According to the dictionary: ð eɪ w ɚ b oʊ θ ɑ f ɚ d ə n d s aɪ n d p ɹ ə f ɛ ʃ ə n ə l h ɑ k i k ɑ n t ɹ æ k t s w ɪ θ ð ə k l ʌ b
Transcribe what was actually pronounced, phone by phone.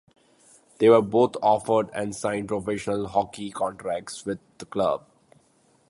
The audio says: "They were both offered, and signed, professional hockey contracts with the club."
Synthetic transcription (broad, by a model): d eɪ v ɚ b oʊ t ɑ f ɚ d ə n d s aɪ n d p ɹ ə f ɛ ʃ ə n ə l h ɑ k i k ɑ n t ɹ æ k t s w ɪ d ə k l ʌ b